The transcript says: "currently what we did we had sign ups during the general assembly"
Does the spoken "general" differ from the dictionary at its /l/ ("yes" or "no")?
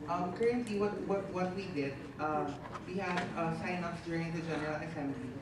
no